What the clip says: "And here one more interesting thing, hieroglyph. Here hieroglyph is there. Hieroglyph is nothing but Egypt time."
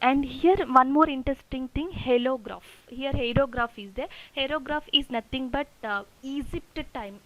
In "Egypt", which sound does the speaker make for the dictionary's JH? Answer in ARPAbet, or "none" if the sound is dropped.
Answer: Z